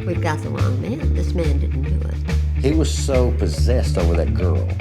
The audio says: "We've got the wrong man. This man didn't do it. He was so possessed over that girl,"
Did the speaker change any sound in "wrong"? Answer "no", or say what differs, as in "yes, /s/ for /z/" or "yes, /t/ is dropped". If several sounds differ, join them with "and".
yes, /l/ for /ɹ/